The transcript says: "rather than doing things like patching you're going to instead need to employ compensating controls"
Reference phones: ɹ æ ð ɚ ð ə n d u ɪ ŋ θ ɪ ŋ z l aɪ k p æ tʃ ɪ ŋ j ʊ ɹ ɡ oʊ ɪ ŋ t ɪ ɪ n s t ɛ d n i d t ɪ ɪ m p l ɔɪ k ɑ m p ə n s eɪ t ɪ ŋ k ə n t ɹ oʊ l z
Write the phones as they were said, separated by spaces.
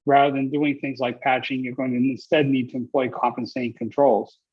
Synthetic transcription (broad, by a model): ɹ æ ð ɚ ð ə n d u ɪ ŋ θ ɪ ŋ z l aɪ k p æ tʃ ɪ ŋ j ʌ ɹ ɡ oʊ ɪ ŋ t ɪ ɪ n s t ɛ d n i d t ɪ ɪ m p l ɔɪ k ɑ m p ə n s eɪ t ɪ ŋ k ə n t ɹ oʊ l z